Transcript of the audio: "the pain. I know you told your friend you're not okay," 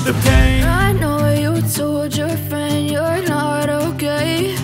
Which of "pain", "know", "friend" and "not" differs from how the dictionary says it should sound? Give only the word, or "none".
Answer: pain